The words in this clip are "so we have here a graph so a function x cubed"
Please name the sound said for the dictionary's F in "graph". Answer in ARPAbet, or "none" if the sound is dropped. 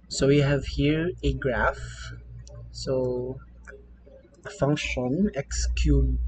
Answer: F